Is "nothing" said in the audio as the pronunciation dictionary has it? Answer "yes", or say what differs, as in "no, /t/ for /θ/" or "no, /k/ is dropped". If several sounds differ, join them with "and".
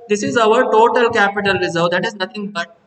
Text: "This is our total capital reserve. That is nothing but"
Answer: no, /t/ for /θ/